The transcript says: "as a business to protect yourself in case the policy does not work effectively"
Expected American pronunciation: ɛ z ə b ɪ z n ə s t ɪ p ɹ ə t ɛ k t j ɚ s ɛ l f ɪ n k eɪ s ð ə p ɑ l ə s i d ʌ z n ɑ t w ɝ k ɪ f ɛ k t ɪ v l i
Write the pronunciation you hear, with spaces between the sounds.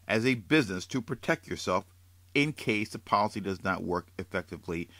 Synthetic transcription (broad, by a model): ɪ z ə b ɪ z n ə s t ɪ p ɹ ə t ɛ k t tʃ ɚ s ɛ l f ɪ n k eɪ s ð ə p ɑ l ə s i d ʌ z n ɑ t w ɝ k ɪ f ɛ k t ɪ v l i